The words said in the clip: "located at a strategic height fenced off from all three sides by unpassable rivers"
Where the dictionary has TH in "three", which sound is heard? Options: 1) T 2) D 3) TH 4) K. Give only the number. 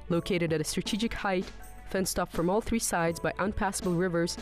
3